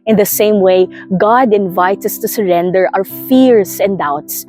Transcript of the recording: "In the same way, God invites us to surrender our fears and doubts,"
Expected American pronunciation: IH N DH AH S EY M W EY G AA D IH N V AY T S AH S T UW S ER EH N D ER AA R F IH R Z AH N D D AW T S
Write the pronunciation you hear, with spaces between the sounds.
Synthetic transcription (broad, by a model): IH N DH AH S EY M W EY G AA D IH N V AY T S AH S T UW S ER EH N D ER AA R F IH R S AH N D D AW T S